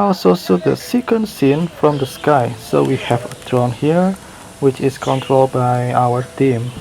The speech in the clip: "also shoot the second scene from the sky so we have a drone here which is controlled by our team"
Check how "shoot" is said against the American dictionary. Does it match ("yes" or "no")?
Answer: no